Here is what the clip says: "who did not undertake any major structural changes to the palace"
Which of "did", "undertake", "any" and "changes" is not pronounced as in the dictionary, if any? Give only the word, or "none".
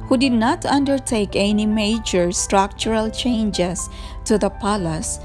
changes